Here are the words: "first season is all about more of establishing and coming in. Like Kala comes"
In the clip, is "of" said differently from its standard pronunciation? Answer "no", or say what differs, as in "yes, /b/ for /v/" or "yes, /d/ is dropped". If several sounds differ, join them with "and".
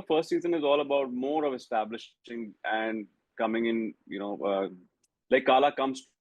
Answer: no